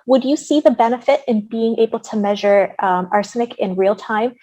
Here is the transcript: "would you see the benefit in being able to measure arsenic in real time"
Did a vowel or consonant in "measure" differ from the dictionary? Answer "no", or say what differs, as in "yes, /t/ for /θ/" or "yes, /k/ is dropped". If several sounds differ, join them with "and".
no